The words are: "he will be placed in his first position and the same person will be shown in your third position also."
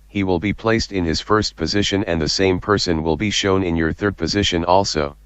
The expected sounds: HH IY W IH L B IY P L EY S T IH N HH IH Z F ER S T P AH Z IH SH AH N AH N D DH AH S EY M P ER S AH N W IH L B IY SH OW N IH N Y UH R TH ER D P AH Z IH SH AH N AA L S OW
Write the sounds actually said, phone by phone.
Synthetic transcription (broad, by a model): HH IY W IH L B IY P L EY S T IH N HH IH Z F ER S T P AH Z IH SH AH N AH N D DH AH S EY M P ER S AH N W IH L B IY SH OW N IH N Y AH R TH ER D P AH Z IH SH AH N AA L S OW